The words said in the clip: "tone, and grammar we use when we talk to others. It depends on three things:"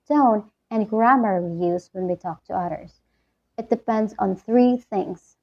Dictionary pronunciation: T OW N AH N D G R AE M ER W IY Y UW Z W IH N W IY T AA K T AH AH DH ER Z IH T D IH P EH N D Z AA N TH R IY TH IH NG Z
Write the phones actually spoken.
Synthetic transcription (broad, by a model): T OW N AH N G R AE M ER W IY Y UW Z W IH N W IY T AA K T AH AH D ER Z IH T D IH P EH N D Z N TH R IY TH IH NG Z